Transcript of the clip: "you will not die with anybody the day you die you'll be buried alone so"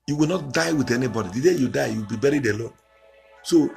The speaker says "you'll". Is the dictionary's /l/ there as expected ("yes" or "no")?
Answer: no